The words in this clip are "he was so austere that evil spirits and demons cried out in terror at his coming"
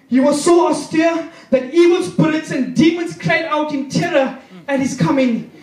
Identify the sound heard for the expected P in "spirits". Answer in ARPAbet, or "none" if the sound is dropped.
B